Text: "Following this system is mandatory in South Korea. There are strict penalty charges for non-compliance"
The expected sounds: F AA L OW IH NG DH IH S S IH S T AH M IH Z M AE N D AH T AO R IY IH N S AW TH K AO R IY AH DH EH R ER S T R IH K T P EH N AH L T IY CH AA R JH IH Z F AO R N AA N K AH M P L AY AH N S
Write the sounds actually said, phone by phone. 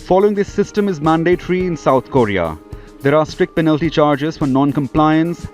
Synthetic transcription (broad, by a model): F AA L OW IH NG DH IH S S IH S T AH M IH Z M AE N D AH T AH R IY IH N S AW T K AO R IY AH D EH R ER S T R IH K T P EH N AH L T IY CH AA R JH IH Z F AO R N AA N K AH M P L AY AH N S